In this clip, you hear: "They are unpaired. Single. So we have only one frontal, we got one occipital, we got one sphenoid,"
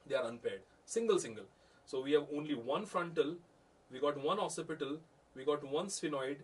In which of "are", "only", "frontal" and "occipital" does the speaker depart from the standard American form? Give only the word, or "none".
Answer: occipital